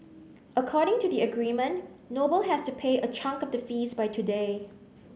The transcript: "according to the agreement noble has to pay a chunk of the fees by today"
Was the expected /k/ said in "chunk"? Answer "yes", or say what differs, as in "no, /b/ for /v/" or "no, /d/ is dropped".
yes